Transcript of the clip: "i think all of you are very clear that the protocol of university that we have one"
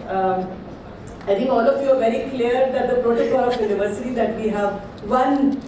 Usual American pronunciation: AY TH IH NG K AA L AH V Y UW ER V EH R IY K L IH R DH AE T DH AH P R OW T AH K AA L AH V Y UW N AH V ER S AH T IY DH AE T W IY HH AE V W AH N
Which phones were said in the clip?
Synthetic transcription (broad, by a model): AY T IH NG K AA L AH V Y UW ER V EH R IY K L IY R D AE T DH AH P R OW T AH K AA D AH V Y UW N AH V ER S AH T IY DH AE T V IY HH AE V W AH N